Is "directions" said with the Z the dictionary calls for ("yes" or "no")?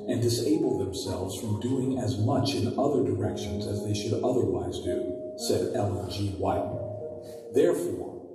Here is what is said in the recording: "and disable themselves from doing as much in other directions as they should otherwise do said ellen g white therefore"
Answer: yes